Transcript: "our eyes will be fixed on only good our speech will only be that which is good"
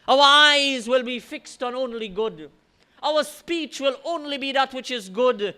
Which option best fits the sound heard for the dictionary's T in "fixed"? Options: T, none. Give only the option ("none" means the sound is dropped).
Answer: T